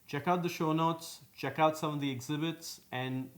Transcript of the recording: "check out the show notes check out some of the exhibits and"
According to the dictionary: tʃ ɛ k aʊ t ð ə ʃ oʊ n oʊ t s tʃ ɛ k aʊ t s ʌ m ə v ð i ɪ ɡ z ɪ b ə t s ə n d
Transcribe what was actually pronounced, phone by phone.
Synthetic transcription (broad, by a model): tʃ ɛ k aʊ t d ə ʃ oʊ n oʊ t s tʃ ɛ k aʊ t s ʌ m ə v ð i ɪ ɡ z ɪ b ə t s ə n d